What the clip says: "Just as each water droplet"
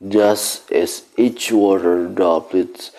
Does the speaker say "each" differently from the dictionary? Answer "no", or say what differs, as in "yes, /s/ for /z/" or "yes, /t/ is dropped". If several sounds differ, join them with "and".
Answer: no